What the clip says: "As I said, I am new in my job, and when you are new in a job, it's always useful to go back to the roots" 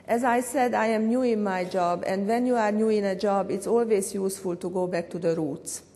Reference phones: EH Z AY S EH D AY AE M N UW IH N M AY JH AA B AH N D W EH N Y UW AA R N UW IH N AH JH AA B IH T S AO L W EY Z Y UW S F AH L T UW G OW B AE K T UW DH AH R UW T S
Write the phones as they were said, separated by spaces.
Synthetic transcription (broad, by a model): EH Z AY S EH D AY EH M N UW IH N M AY JH AA B AH N D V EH N Y UW AA R N UW IH N AH JH AA B IH T S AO L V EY S Y UW S F AH L T UW G OW B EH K T UW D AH R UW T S